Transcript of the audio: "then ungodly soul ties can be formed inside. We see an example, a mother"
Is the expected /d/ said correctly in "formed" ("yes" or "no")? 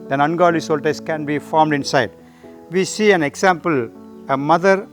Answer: yes